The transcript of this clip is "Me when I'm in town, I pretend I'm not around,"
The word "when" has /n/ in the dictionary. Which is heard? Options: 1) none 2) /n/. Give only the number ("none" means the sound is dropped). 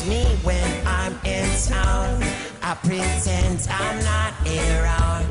2